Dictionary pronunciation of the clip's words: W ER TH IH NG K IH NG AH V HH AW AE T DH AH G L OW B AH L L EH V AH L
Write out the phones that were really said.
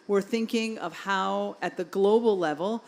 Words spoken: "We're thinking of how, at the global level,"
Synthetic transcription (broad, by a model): W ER TH IH NG K IH NG AH V HH AW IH T DH AH G L OW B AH L L EH V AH L